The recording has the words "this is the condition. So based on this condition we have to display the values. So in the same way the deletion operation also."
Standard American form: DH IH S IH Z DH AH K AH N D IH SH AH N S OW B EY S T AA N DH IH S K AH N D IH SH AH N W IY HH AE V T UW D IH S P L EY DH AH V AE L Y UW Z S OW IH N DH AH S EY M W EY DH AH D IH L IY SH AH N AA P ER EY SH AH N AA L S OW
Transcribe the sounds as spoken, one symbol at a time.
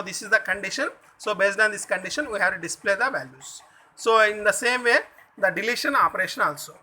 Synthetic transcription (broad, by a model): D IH S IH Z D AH K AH N D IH SH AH N S OW B EY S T AA N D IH S K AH N D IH SH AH N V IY HH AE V T UW D IH S P L EY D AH V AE L Y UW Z S OW IH N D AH S EY M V EY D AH D IH L IY SH AH N AA P ER EY SH AH N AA L S OW